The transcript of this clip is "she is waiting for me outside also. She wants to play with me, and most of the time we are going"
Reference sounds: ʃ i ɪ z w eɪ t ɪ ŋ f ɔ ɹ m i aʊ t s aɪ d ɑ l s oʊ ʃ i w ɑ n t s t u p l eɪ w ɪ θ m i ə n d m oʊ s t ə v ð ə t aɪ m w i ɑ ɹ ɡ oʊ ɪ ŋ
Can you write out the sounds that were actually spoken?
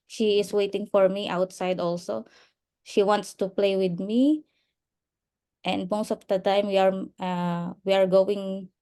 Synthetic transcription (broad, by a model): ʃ i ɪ s w eɪ t ɪ ŋ f ɔ ɹ m i aʊ t s aɪ d ɑ l s oʊ ʃ i w ɑ n t s t u p l eɪ w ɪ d m i ə n d m oʊ s t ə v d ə t aɪ m w i ɑ ɹ ɡ oʊ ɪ ŋ